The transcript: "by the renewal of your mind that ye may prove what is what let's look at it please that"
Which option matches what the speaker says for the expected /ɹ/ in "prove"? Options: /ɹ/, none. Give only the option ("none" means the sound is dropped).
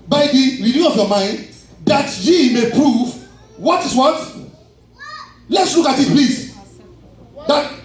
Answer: /ɹ/